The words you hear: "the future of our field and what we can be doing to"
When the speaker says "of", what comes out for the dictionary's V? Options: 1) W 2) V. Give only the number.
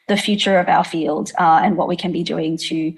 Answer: 2